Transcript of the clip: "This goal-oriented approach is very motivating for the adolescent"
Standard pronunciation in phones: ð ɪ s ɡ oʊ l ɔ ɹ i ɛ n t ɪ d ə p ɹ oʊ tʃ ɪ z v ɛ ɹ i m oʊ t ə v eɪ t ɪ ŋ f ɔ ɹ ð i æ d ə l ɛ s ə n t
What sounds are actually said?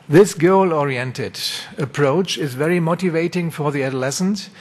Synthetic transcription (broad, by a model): ð ɪ s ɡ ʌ l ɔ ɹ i ɛ n t ɪ d ə p ɹ oʊ tʃ ɪ z v ɛ ɹ i m oʊ t ə v eɪ t ɪ ŋ f ɔ ɹ ð i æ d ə l ɛ s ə n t